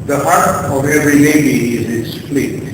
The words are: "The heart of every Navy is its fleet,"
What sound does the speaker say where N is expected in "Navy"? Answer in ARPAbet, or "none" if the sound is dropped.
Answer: L